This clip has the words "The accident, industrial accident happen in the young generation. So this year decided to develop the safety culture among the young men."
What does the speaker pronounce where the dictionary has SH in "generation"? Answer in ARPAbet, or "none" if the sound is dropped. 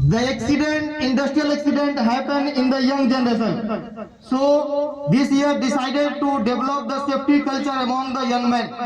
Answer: S